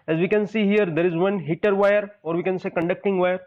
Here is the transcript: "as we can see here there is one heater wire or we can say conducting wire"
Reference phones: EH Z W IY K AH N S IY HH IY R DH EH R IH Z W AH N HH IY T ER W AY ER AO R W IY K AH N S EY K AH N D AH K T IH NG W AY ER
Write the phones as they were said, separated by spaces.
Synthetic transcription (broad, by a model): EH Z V IY K AH N S IY HH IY R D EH R IH Z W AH N HH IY T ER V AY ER AO R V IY K AH N S EY K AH N D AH K T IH NG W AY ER